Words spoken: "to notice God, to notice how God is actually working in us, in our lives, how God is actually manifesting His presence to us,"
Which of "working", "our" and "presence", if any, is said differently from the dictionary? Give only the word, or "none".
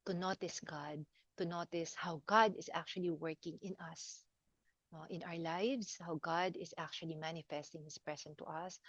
presence